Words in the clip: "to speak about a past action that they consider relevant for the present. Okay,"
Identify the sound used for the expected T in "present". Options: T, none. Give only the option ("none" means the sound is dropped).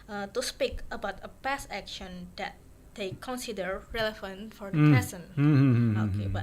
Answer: none